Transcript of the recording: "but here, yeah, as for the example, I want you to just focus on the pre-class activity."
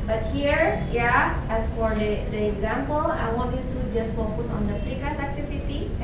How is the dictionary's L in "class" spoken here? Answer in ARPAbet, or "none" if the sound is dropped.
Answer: none